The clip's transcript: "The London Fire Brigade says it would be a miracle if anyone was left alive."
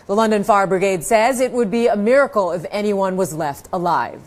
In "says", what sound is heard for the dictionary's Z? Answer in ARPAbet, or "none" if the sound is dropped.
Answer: Z